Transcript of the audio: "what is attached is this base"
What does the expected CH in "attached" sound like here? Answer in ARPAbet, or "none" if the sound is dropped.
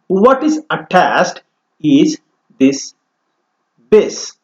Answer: S